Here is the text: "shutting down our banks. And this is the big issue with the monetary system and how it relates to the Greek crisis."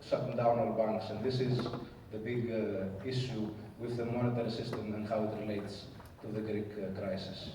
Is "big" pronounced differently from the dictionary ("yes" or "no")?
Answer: no